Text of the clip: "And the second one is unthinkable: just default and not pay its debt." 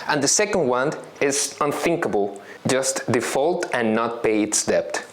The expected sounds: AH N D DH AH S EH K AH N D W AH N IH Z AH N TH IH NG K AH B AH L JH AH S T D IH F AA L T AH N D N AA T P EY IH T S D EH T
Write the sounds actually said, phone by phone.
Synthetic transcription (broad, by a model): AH N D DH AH S EH K AH N D W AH N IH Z AH N TH IH NG K AH B AH L JH AH S T D IH F AA L T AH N N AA T P EY IH T S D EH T